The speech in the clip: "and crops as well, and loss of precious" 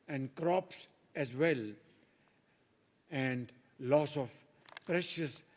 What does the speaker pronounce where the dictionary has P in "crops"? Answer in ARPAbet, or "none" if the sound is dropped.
P